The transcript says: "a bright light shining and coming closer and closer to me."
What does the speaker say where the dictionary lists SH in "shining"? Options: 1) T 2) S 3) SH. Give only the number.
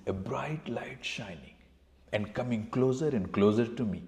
3